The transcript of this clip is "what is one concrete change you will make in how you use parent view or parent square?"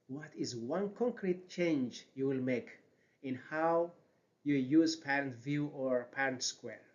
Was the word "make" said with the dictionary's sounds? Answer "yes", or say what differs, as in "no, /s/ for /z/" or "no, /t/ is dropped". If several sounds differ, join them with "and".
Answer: yes